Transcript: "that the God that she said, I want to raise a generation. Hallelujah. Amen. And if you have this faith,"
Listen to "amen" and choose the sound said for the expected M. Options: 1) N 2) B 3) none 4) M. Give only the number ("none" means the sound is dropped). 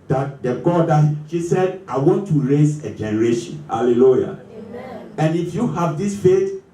3